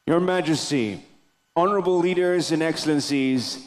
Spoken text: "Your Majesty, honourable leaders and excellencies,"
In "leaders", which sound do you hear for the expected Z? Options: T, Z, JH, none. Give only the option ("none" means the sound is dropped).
Z